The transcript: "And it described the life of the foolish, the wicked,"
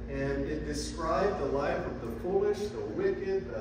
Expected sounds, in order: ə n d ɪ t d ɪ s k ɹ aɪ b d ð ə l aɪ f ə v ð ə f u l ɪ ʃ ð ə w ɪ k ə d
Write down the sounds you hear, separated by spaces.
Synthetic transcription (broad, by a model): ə n ɪ t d ɪ s k ɹ aɪ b ð ə l aɪ f ə v ð ə p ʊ l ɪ ʃ ð ə w ɪ k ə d